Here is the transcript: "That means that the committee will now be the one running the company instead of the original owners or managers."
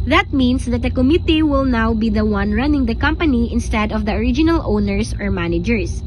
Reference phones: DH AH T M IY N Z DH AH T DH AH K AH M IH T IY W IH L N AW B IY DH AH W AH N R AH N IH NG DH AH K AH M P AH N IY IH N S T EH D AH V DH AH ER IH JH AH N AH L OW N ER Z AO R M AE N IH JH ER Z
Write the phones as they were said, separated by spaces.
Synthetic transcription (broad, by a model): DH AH T M IY N S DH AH T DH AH K AH M IH T IY W IH L N AW B IY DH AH W AH N R AH N IH NG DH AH K AH M P AH N IY IH N S T EH D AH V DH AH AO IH JH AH N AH L OW N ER S AO R M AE N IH JH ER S